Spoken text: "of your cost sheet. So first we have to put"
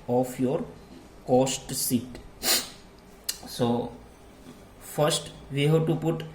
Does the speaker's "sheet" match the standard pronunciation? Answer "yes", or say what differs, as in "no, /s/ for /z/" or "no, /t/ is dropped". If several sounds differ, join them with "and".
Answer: no, /s/ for /ʃ/